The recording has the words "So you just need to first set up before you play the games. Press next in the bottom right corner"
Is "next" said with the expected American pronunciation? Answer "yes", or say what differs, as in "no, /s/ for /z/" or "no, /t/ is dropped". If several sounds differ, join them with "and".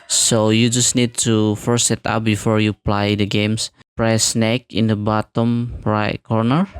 no, /s/ is dropped